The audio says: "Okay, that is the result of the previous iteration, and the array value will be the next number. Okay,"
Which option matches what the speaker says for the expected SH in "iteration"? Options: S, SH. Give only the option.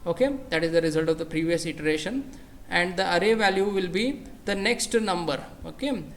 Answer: SH